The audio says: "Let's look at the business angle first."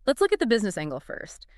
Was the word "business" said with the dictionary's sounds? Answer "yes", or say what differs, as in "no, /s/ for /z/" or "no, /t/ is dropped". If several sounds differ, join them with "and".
yes